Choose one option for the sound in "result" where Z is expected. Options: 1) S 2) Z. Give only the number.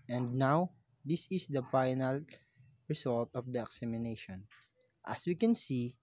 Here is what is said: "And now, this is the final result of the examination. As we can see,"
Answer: 1